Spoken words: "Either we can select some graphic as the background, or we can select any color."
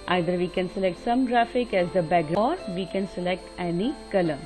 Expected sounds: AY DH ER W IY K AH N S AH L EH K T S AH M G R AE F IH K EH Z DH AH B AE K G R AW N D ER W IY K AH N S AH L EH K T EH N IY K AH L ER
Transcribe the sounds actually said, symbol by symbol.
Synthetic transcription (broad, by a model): AY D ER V IY K AH N S AH L EH K T S AH M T R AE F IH K EH Z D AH B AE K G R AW D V IY K AH N S AH L EH K T EH N IY K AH L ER